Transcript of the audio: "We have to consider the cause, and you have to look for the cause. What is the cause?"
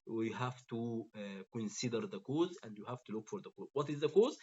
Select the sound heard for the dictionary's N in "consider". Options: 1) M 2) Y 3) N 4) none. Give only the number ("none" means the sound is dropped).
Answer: 3